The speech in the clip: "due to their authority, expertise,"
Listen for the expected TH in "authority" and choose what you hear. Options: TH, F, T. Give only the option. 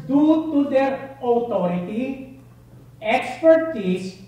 T